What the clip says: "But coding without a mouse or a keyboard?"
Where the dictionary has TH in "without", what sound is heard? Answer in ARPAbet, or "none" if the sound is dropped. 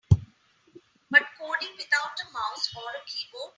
T